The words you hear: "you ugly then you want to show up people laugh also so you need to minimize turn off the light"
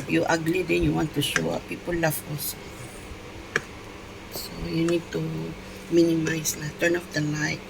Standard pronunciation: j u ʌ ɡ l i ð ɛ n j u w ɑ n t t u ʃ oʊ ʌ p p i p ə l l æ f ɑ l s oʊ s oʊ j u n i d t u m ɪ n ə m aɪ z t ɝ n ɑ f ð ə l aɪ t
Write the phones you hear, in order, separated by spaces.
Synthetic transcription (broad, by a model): j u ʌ ɡ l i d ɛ n j u w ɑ n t t u ʃ oʊ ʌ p p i p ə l l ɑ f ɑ s s oʊ j u n i d t u m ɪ n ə m aɪ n t ɝ n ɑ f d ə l aɪ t